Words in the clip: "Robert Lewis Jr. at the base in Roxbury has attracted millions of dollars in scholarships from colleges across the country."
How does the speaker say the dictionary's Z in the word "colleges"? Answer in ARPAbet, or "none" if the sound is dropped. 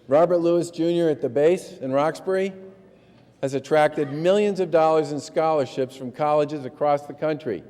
Z